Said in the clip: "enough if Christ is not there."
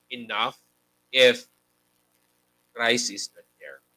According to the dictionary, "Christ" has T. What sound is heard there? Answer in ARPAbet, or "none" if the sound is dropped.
none